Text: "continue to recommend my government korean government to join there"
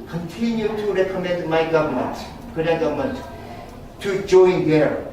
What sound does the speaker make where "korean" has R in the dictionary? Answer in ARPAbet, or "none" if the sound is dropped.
none